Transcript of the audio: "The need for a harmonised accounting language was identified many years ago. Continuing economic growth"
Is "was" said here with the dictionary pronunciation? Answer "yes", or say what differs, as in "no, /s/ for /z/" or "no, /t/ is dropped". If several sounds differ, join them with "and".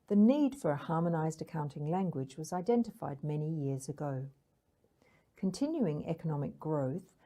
yes